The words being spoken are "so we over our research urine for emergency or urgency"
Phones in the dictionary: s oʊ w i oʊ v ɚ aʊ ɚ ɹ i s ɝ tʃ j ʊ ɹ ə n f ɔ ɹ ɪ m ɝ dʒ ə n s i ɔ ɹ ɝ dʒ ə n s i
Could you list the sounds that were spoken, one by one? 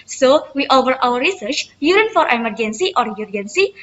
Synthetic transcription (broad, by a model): s oʊ w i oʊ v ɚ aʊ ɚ ɹ i s ɝ tʃ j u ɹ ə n f ɔ ɹ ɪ m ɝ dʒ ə n s i ɔ ɹ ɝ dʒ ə n s i